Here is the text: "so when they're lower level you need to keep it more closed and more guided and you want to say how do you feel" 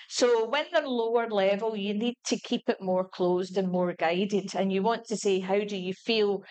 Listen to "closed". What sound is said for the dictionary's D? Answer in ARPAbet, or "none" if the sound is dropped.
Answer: D